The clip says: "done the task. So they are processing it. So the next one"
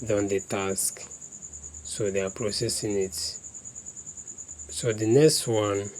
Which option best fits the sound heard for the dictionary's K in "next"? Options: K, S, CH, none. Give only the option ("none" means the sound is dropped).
K